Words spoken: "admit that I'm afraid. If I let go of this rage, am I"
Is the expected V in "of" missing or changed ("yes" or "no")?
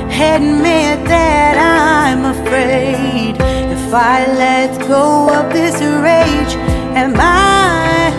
yes